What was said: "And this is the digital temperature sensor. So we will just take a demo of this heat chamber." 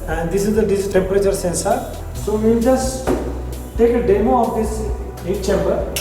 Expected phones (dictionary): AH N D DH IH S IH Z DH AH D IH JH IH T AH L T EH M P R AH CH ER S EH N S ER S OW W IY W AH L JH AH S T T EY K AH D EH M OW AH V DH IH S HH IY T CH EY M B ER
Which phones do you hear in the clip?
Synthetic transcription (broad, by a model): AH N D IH S IH Z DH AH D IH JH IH S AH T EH M P R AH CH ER S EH N S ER S OW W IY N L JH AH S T T EY K AH D EH M OW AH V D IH S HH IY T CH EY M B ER